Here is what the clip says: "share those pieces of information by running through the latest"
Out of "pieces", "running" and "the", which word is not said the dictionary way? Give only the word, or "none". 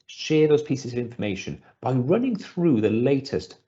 none